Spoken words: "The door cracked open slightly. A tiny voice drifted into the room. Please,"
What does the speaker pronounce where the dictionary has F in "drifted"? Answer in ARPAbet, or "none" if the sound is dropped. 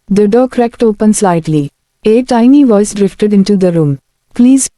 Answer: F